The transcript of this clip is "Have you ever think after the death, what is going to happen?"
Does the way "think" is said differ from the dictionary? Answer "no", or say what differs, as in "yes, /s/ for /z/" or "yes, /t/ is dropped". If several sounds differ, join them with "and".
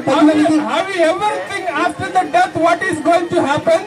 yes, /t/ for /θ/ and /k/ is dropped